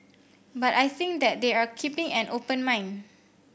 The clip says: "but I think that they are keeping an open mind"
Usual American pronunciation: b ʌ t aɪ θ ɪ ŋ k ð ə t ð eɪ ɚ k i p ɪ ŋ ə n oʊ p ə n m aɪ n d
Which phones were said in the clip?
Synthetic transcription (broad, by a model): b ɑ t aɪ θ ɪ ŋ k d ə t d eɪ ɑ k i p ɪ ŋ ə n oʊ p ə n m aɪ n